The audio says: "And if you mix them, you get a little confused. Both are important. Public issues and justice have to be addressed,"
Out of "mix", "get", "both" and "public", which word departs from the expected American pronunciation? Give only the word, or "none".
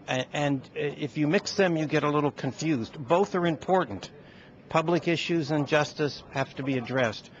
none